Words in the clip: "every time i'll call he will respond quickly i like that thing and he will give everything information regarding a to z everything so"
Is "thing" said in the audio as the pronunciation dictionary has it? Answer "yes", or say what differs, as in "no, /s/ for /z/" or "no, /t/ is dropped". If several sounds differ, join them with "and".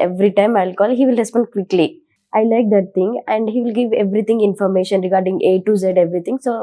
no, /t/ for /θ/